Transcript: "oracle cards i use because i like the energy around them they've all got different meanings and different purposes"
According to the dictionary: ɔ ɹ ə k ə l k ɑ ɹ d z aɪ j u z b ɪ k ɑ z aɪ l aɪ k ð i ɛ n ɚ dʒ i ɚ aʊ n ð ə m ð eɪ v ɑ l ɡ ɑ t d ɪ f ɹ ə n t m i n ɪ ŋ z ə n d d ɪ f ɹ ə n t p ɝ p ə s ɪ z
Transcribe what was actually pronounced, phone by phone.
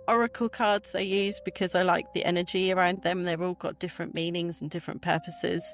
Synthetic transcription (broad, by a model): ɔ ɹ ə k ə l k ɑ d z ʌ j u z b ɪ k ɑ z aɪ l aɪ k ð i ɛ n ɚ dʒ i ɚ aʊ n ð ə m ð eɪ v ɑ l ɡ ɑ t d ɪ f ɹ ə n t m i n ɪ ŋ z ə n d d ɪ f ɹ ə n p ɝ p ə s ɪ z